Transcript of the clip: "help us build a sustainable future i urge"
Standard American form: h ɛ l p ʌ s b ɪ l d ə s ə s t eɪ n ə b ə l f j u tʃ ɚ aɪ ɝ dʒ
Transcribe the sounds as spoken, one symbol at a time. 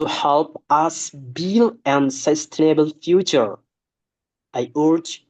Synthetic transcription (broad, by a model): h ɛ l p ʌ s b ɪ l ə s ə s t eɪ n ə b ə l f j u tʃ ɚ aɪ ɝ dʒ